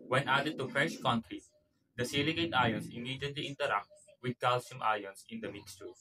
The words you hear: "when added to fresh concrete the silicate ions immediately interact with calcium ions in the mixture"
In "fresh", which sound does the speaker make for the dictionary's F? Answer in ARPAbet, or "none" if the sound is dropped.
F